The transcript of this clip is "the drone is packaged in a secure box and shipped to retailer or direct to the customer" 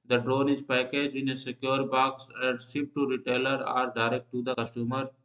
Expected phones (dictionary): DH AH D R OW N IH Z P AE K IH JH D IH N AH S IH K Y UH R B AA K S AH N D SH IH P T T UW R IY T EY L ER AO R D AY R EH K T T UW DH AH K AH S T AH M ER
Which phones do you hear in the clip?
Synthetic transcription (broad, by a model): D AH D R OW N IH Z P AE K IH JH IH N AH S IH K Y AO R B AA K S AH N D S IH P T T UW R IY T EY L ER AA R D AY R EH K T T UW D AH K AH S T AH M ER